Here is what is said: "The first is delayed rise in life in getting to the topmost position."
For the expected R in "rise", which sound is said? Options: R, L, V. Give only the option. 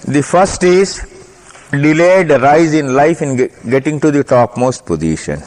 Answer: R